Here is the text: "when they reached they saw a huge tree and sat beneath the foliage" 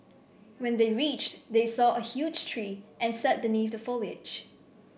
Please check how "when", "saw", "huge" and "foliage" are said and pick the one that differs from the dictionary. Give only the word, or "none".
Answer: none